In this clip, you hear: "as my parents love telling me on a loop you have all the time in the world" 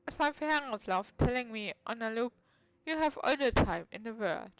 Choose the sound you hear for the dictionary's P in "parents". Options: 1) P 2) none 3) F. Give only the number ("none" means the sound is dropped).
3